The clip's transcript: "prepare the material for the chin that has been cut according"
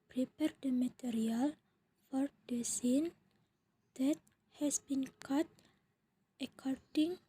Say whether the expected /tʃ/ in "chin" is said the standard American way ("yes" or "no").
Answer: no